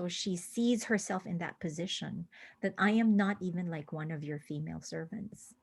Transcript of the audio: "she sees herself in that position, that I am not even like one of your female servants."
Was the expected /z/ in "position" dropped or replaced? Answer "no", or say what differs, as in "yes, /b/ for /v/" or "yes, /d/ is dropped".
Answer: no